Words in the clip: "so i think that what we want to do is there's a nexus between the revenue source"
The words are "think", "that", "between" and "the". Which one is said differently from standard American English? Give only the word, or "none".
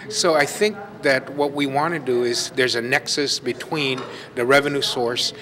none